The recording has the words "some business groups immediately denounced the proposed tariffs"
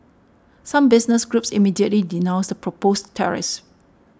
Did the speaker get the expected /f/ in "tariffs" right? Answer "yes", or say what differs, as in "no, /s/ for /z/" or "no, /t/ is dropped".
no, /f/ is dropped